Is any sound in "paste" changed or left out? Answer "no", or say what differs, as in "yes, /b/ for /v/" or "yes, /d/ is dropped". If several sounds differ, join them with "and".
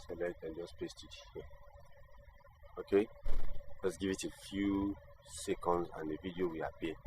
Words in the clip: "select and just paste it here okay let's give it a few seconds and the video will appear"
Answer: no